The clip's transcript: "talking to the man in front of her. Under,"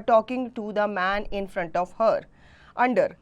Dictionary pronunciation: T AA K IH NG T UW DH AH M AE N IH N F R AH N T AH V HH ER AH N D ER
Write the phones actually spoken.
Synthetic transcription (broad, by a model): T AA K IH NG T UW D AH M AE N IH N F R AH N T AH V HH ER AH N D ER